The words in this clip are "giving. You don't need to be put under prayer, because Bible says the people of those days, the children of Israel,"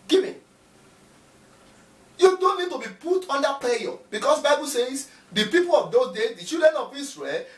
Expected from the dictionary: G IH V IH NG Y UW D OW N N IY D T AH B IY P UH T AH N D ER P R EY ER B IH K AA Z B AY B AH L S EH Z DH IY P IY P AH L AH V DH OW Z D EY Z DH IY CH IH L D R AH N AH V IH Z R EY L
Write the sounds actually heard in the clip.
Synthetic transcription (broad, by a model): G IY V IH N Y UW D OW N N IY D T AH B IY P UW T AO N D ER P L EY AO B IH K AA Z B AY B AH L S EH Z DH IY P IY P AH L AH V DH OW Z D EY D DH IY CH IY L D R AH N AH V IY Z R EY L